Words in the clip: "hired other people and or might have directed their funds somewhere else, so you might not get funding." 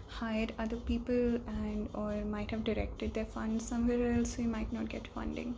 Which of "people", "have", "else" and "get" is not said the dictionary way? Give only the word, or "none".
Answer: none